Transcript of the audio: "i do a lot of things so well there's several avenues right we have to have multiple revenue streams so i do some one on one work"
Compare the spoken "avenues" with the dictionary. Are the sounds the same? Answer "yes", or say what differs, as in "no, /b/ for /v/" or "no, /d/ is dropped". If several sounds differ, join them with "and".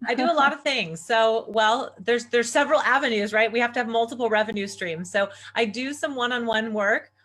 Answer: yes